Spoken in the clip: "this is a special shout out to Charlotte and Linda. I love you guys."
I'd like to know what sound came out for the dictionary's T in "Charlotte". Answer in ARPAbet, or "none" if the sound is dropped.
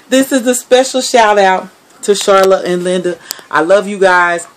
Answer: T